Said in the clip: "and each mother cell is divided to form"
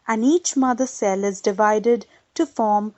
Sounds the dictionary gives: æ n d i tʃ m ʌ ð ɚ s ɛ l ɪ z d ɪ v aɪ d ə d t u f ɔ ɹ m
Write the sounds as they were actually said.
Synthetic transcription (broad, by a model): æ n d i tʃ m ʌ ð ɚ s ɛ l ɪ z d ɪ v aɪ d ə d t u f ɔ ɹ m